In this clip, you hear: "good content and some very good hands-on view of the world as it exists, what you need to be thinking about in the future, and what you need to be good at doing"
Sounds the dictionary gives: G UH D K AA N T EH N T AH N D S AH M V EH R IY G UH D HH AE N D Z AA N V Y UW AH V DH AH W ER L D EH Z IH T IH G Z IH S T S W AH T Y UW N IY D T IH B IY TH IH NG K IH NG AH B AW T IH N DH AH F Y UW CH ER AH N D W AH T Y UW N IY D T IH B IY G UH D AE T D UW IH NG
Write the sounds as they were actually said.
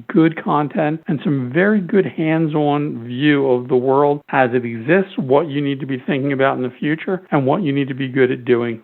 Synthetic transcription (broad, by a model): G UH D K AA N T EH N T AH N S AH M V EH R IY G UH D HH AE N D Z AA N V Y UW AH V DH AH W ER L D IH Z IH T IH G Z IH S T S W AH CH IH N IY D T IH B IY TH IH NG K IH NG AH B AW T N DH AH F Y UW CH ER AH N W AH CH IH N IY D T IH B IY G UH D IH T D UW IH NG